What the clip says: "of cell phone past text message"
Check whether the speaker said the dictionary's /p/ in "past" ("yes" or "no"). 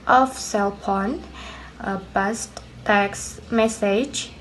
no